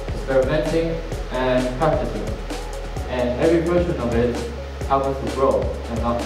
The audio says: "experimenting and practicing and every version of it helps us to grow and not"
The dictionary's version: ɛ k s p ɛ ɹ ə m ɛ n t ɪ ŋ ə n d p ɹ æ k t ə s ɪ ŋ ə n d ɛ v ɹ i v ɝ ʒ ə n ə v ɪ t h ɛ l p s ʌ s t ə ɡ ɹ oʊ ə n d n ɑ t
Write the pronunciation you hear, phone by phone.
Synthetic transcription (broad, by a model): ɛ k s p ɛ ɹ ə m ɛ n t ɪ ŋ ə n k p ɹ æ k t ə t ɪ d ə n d ɛ v ɹ i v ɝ ʃ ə n ə v ɪ t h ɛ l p ʌ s t ə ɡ ɹ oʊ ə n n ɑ